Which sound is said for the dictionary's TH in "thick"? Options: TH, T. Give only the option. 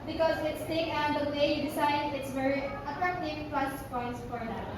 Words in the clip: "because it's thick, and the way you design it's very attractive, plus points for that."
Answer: T